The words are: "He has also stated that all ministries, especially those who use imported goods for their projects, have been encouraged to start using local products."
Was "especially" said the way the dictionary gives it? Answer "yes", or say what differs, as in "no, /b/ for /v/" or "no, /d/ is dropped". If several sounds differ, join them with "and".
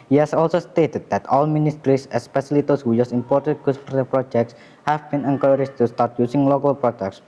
no, /s/ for /ʃ/